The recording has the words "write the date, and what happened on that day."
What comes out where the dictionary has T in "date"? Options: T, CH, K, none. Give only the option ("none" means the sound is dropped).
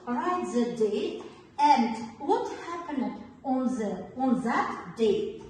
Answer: none